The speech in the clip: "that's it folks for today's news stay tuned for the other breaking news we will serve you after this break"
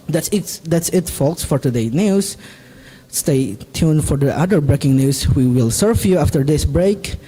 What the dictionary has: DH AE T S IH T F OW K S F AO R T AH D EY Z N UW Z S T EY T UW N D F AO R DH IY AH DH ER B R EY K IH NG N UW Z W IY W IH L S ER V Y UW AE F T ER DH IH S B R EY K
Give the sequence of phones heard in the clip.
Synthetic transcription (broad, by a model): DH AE T S IH T F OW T S F AO R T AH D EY N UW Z S T EY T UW N F AO R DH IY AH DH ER B R EY K IH NG N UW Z W IY W IH L S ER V Y UW AE F T ER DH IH S B R EY K